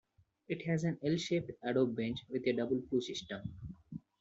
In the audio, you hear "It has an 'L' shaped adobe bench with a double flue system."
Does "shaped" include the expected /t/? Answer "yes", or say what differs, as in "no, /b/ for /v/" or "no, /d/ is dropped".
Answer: yes